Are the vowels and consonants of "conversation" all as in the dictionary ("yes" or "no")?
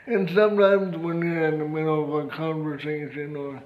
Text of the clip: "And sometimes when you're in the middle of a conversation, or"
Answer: no